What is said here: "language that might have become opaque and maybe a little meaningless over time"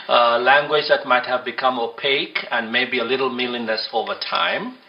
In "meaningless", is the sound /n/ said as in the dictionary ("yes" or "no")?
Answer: no